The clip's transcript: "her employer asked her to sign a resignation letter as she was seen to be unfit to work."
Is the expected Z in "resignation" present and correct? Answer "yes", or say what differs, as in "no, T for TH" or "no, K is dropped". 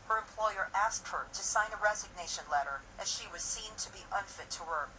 yes